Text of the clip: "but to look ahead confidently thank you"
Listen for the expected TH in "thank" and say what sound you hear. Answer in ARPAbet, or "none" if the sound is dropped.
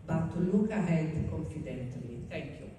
T